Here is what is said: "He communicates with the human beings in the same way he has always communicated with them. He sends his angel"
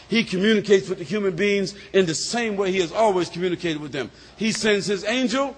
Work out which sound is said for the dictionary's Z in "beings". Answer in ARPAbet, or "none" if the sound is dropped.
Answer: Z